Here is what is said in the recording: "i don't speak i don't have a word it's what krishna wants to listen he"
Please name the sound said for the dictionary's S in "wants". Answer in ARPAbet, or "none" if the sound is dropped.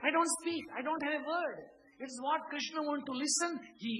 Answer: none